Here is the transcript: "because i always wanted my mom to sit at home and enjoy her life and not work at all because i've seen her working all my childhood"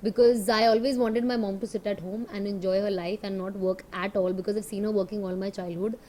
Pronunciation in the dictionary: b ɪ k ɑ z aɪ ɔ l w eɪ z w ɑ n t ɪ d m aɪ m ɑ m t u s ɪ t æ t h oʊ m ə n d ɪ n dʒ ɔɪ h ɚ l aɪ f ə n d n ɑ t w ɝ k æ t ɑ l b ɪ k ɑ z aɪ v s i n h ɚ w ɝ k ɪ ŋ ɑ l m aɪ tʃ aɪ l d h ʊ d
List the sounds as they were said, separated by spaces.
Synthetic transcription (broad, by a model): b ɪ k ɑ z aɪ ɔ l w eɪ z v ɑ n t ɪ d m aɪ m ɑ m t u s ɪ t æ t h oʊ m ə n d ɪ n dʒ ɔɪ h ɚ l aɪ f ə n d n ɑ t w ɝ k æ t ɑ l b ɪ k ɑ z aɪ v s i n h ɚ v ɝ k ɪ ŋ ɑ l m aɪ tʃ aɪ l d h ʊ d